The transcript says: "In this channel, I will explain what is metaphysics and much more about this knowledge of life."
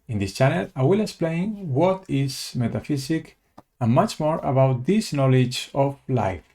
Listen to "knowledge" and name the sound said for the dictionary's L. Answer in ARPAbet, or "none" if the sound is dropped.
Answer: L